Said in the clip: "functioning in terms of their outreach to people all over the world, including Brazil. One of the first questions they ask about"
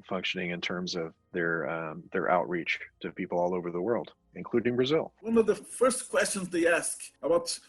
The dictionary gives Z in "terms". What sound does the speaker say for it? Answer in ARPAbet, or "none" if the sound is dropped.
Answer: Z